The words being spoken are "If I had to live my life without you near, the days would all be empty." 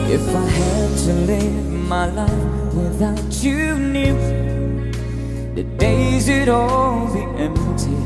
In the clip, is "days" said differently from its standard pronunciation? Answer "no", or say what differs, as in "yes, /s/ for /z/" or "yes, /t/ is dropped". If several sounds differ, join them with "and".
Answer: no